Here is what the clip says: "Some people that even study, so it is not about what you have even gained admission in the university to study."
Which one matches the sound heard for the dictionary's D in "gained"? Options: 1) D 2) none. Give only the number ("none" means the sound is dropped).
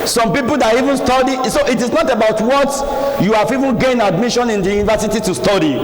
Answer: 2